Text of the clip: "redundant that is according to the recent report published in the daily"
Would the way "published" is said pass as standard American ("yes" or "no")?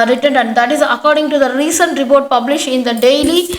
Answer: no